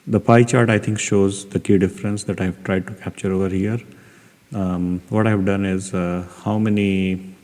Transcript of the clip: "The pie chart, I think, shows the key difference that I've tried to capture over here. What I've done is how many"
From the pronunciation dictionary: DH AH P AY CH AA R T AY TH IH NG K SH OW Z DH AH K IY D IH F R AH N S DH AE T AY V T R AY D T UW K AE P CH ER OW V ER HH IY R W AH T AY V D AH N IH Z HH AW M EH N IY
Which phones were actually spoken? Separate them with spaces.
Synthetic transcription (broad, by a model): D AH P AY CH AA R T AY T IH NG K SH OW Z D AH K IY D IH F R AH N S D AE T AY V T R AY D T UW K AE P CH ER OW V ER HH IY R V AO T AY V D AH N IH Z HH AW M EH N IY